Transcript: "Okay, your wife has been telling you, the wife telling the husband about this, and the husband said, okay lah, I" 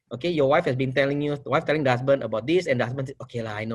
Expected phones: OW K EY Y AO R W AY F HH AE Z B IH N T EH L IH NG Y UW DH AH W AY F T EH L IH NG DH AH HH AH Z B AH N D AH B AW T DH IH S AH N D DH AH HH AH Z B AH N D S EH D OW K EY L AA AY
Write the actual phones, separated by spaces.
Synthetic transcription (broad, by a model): OW K EY Y AO W AY F HH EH S B IH N T EH L IH NG Y UW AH W AY F T EH L IH NG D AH HH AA S B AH N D AH B AW T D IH S AH N D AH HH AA S B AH N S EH OW K EY L AA AY